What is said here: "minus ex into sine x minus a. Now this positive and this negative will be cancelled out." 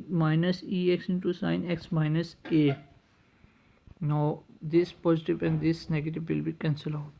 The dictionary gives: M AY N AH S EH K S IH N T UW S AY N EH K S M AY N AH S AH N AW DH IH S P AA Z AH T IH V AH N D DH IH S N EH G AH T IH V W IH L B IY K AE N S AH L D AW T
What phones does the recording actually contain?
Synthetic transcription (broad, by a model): M AY N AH S EH K S IH N T UW S AY N EH K S M AY N AH S AH N AW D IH S P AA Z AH T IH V AH N D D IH S N EH G AH T IH V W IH L B IY K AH N S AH L AW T